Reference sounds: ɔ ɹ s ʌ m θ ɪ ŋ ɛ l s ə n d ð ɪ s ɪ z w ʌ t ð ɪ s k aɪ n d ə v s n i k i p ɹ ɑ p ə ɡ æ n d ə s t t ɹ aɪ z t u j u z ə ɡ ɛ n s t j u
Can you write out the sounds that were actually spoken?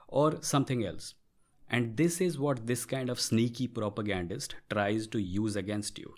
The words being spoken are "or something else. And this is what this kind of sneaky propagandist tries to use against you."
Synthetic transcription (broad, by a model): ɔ ɹ s ʌ m t ɪ ŋ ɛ l s ə n d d ɪ s ɪ z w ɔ t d ɪ s k aɪ n d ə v s n i k i p ɹ ɑ p ə ɡ æ n d ə s t t ɹ aɪ z t u j u z ə ɡ ɛ n s t j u